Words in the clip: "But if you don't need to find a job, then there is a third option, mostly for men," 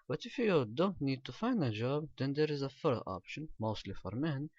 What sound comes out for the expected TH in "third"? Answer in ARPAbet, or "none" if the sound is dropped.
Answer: F